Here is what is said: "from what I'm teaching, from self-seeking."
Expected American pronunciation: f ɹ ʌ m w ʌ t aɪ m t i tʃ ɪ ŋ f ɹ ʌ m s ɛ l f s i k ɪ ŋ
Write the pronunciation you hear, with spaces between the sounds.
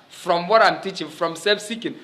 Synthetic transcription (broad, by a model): f ɹ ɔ m w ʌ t aɪ m t i tʃ ɪ ŋ f ɹ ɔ m s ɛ f s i k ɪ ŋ